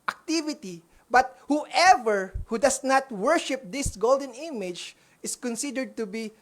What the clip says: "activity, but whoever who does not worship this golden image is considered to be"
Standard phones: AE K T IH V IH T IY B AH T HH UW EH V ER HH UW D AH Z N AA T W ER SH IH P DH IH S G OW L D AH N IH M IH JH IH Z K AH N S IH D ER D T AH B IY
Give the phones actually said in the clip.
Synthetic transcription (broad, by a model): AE K T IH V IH T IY B AH T HH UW EH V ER HH UW D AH S N AA T W ER SH IH P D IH S G OW L D AH N IH M IH JH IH S K AH N S IH D ER D T AH B IY